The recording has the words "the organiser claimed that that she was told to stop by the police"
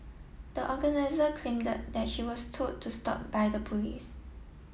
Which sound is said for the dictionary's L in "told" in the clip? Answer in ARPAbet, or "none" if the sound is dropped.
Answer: none